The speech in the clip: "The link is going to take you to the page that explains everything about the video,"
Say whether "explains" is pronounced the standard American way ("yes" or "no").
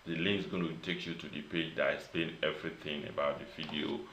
no